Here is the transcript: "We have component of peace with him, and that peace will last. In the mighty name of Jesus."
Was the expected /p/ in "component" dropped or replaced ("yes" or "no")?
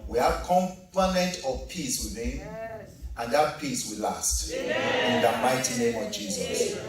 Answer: yes